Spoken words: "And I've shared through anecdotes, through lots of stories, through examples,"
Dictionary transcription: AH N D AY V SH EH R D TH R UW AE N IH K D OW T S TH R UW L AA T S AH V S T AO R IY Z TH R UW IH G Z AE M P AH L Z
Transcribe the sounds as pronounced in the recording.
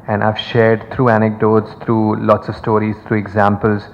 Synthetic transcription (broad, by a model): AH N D AY V SH EH R D T R UW AE N IH K D OW T S T R UW L AA T S AH V S T AO R IY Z T R UW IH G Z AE M P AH L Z